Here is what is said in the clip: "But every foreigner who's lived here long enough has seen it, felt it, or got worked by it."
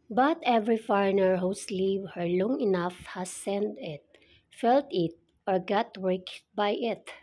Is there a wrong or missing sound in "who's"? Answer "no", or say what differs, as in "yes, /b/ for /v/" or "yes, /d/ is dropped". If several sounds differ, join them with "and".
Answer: yes, /s/ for /z/